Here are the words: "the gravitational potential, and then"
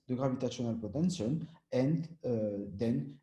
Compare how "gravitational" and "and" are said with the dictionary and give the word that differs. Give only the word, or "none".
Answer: gravitational